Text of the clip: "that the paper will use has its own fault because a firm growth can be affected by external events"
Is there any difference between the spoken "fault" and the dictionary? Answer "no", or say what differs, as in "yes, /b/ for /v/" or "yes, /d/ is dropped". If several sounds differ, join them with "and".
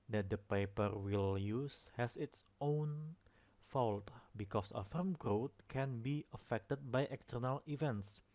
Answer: no